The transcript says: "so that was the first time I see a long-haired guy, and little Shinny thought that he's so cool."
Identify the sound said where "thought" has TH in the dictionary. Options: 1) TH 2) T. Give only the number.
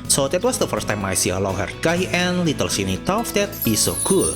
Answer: 2